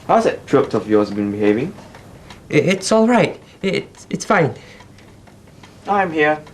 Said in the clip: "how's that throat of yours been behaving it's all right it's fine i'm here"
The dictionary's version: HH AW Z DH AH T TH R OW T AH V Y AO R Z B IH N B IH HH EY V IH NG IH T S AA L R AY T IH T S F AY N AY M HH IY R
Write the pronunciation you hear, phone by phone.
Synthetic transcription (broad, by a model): HH AW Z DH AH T T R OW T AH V Y AO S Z B IH N B IH HH EY V IH NG IH T S AA L R AY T IH T S F AY N AY M HH IY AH